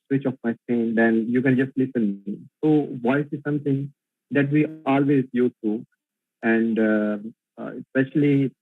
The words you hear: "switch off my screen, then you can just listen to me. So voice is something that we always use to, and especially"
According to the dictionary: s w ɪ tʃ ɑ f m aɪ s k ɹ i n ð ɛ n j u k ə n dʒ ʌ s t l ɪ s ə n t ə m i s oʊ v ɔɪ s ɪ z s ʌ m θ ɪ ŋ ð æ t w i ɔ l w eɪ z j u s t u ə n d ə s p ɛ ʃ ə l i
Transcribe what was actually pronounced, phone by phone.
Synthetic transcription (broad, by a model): s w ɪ tʃ ɑ f m aɪ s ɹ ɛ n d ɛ n j u k ə n dʒ ʌ s t l ɪ s ə n m i s oʊ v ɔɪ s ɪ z s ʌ m t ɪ ŋ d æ t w i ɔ l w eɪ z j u t u ə n d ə s p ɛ ʃ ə l i